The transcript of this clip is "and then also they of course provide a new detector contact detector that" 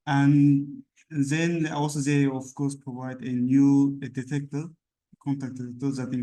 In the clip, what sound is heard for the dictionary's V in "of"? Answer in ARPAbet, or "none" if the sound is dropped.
F